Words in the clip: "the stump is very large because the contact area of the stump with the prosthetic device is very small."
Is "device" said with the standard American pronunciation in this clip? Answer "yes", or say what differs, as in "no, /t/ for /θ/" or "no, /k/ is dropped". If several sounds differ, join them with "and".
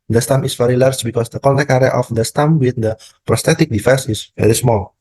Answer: no, /f/ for /v/